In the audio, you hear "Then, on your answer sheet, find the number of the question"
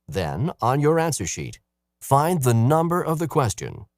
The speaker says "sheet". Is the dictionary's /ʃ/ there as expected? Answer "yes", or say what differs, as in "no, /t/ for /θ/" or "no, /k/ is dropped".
yes